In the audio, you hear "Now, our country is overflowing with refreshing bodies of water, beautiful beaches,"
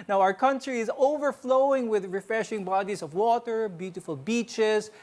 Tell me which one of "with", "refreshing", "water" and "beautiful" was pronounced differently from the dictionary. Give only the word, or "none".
none